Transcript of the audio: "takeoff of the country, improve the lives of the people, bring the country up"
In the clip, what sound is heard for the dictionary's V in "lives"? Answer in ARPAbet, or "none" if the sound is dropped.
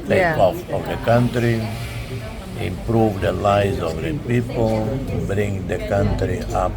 none